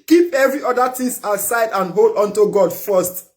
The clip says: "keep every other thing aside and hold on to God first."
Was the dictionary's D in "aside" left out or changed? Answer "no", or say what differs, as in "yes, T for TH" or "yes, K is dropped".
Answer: no